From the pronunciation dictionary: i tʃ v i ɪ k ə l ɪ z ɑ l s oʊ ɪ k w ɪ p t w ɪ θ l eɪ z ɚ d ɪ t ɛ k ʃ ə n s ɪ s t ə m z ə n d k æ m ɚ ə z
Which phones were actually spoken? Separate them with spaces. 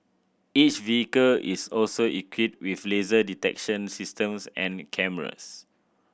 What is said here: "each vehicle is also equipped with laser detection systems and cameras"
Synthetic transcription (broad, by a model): i tʃ v i ɪ k ə l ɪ s ɑ l s oʊ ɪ k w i t w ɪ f l eɪ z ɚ d ɪ t ɛ k ʃ ə n s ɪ s t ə m s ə n k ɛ m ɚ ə s